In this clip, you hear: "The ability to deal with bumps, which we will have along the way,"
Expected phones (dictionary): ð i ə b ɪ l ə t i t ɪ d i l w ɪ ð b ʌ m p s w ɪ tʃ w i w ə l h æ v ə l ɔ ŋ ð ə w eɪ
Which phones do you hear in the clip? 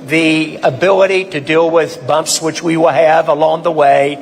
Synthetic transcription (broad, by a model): ð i ə b ɪ l ə t i t ɪ d i l w ɪ ð b ʌ m p s w ɪ tʃ w i w ə l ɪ v ə l ɔ ŋ ð ə w eɪ